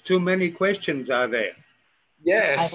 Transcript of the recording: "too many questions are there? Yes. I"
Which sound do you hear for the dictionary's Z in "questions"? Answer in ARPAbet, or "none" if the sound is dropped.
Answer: Z